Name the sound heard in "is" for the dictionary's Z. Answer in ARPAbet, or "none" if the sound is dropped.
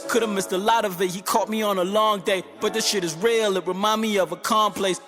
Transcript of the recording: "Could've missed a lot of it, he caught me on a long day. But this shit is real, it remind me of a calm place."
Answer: Z